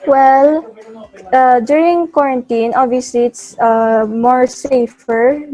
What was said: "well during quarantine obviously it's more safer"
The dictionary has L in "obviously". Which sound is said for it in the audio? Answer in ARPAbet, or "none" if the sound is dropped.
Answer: none